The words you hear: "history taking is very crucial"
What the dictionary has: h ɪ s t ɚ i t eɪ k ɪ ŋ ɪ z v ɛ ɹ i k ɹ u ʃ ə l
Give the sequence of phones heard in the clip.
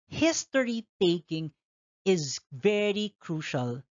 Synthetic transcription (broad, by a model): h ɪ s t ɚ i t eɪ k ɪ ŋ ɪ z v ɛ ɹ i k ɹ u ʃ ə l